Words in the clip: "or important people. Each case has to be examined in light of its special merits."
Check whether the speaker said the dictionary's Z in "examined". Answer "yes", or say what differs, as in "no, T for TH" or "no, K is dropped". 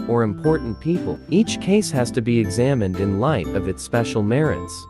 yes